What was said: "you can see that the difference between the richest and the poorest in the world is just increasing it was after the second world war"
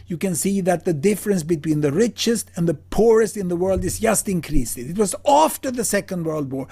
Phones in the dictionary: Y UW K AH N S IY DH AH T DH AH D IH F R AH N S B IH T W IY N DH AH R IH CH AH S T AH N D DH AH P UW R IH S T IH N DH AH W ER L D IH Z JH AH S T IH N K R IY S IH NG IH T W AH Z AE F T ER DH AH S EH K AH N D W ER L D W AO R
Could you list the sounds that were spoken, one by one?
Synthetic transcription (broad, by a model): Y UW K AH N S IY DH AH T DH AH D IH F R AH N S B IH T W IY N DH AH R IH CH AH S T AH N DH AH P UW R IH S T IH N DH AH W ER L D IH Z JH AH S T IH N K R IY S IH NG IH T W AH Z AE F T ER DH AH S EH K AH N D W ER L D W AO R